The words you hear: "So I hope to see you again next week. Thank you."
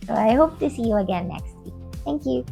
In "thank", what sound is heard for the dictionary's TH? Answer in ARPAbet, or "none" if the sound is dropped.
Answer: TH